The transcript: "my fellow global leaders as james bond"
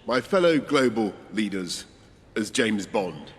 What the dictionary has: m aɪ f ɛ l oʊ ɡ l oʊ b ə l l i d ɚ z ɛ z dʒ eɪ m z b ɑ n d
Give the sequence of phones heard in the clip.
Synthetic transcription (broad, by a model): m aɪ f ɛ l oʊ ɡ l oʊ b ə l l i d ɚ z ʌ z dʒ eɪ m z b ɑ n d